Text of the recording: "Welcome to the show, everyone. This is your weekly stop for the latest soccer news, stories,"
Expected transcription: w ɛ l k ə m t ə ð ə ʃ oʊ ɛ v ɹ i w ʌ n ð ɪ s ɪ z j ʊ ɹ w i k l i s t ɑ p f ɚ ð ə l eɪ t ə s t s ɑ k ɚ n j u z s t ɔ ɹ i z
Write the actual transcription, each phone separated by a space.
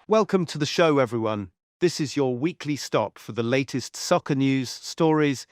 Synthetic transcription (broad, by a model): w ɛ l k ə m t ə ð ə ʃ oʊ ɛ v ɹ i w ʌ n ð ɪ s ɪ z j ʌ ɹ w i k l i s t ɑ p f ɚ ð ə l eɪ t ə s t s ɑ k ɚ n j u z s t ɔ ɹ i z